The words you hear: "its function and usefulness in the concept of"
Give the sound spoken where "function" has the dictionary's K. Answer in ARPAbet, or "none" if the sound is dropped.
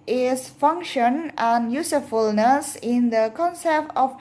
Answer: K